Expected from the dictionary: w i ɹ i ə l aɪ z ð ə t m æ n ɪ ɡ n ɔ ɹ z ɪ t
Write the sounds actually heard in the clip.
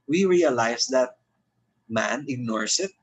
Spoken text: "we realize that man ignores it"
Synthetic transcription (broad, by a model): w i ɹ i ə l aɪ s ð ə t m æ n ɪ ɡ n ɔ ɹ s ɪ t